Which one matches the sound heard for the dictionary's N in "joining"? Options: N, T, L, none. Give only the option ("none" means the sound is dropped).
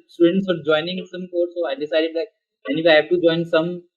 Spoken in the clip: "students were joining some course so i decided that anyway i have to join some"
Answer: N